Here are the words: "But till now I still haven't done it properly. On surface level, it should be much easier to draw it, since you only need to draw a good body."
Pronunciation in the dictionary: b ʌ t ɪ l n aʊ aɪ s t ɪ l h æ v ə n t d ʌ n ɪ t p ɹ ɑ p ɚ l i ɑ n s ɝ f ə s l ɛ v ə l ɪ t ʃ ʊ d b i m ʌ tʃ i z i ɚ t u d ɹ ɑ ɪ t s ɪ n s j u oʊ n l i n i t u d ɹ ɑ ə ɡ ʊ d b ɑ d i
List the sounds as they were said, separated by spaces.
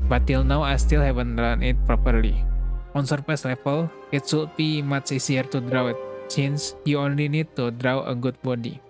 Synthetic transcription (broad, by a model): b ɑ t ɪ l n aʊ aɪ s t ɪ l h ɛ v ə n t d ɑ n ɪ t p ɹ ɑ p ɚ l i ɑ n s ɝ p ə s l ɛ f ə l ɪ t s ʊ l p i m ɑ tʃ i s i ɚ t u d ɹ ɑ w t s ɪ n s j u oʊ n l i n i t u d ɹ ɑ ə ɡ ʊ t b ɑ d i